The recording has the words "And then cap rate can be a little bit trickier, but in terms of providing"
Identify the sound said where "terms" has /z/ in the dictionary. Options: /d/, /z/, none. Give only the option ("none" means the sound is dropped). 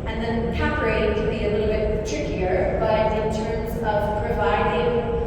/z/